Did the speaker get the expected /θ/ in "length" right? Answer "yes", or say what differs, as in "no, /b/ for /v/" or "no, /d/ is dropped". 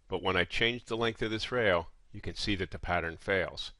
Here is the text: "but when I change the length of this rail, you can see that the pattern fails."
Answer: yes